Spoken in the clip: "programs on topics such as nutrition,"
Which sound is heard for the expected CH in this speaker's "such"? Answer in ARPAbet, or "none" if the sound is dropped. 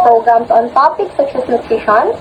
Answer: S